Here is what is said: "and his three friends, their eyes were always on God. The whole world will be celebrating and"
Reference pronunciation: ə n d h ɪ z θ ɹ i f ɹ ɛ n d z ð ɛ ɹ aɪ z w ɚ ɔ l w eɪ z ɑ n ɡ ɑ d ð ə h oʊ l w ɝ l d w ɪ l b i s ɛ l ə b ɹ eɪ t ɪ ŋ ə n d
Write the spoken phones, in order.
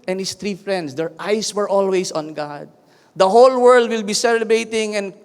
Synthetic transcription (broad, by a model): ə n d h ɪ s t ɹ i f ɹ ɛ n d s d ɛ ɹ aɪ s w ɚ ɔ l w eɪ s ɑ n ɡ ɑ d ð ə h oʊ l w ɝ l d w ɪ l b i s ɛ l ə b ɹ eɪ t ɪ ŋ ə n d